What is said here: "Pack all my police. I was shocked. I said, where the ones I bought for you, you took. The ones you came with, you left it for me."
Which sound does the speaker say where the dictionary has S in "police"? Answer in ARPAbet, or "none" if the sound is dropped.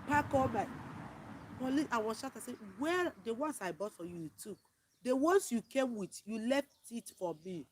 none